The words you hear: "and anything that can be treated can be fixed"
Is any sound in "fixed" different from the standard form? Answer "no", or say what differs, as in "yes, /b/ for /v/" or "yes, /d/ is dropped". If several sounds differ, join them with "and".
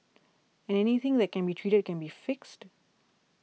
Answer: no